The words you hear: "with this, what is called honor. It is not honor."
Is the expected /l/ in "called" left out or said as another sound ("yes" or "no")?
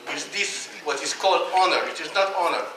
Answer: no